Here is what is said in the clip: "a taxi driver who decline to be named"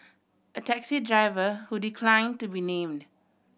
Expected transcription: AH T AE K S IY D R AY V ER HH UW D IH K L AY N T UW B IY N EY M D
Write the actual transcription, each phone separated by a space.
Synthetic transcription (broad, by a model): AH T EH K S IY D R AY V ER HH UW D IH K L AY N T UW B IY N EY M D